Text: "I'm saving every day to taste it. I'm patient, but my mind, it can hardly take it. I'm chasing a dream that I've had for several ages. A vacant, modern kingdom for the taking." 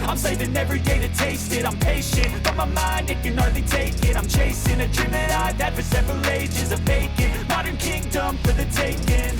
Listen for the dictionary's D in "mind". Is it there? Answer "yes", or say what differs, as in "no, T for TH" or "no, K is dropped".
yes